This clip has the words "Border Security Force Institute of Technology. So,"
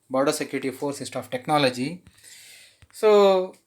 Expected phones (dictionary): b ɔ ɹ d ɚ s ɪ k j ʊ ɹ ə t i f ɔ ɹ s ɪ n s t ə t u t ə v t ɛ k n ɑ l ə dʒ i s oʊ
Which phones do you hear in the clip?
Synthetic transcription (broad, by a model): b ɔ ɹ d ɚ s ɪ k j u ɹ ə t i f ɔ ɹ s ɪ s t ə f t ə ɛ k n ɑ l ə dʒ i s oʊ